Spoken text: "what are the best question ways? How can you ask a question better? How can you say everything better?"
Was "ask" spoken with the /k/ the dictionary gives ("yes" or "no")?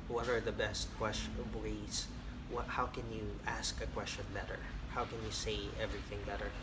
yes